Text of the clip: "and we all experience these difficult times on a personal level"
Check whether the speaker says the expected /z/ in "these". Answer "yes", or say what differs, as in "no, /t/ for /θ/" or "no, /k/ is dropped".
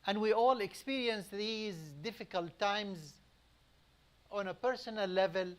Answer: yes